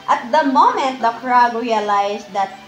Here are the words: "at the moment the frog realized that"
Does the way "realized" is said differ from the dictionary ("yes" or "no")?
yes